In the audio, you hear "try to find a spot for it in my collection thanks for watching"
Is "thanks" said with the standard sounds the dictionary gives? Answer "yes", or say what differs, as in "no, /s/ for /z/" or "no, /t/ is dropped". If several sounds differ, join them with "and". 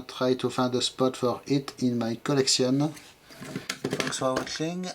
no, /f/ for /θ/